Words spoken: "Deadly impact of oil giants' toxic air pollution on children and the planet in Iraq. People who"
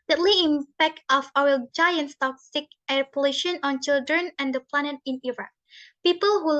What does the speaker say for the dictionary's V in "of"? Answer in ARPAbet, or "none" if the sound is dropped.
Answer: W